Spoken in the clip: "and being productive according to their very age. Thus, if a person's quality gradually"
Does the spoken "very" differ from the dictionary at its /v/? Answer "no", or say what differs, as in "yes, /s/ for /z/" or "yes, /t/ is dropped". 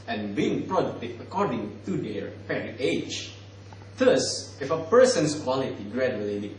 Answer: yes, /p/ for /v/